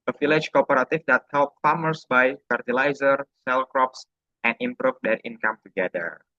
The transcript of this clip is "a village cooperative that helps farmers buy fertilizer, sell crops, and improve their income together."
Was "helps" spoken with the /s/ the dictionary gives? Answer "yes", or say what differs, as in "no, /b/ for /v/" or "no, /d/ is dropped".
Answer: no, /s/ is dropped